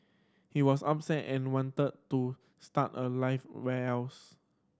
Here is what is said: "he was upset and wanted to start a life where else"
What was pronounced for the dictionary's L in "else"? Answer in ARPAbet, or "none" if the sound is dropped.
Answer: none